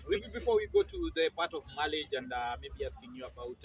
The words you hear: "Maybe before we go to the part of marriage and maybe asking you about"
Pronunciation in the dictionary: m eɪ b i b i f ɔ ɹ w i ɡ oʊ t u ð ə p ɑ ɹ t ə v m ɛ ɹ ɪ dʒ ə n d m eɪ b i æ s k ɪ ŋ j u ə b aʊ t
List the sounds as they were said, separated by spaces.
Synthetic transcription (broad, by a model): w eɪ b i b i f ɔ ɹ w i ɡ oʊ t u ð ə p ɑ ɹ t ə v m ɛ l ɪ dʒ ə n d m eɪ b i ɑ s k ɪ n j u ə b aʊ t